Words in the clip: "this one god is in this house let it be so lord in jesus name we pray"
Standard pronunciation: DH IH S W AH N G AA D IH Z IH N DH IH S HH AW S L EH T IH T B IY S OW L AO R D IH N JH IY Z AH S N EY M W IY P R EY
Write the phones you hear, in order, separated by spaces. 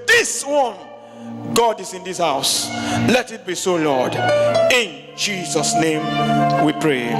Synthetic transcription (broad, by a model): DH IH S W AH N G AA D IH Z IH N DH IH S HH AW S L EH T IH T B IY S OW L AO D IH N JH IY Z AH S N EY M W IY P R EY